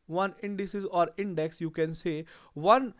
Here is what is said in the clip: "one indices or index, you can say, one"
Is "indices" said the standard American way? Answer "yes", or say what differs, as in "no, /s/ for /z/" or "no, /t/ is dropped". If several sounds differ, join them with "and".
yes